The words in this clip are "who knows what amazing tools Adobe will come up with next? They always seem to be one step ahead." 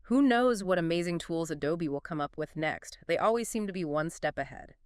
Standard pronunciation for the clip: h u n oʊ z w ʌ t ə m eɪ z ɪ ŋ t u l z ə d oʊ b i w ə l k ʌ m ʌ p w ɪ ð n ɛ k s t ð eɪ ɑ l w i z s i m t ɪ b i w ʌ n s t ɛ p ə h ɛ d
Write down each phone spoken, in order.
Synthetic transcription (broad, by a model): h u n oʊ z w ʌ t ə m eɪ z ɪ ŋ t u l z ə d oʊ b i w ə l k ʌ m ʌ p w ɪ ð n ɛ k s t ð eɪ ɑ l w i z s i m t ɪ b i w ʌ n s t ɛ p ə h ɛ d